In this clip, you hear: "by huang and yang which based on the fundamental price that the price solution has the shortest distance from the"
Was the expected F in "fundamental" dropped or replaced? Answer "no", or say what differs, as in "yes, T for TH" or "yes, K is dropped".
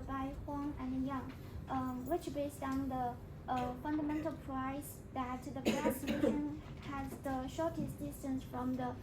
no